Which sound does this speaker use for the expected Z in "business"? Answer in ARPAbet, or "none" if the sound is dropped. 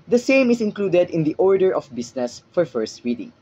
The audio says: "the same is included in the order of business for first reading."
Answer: S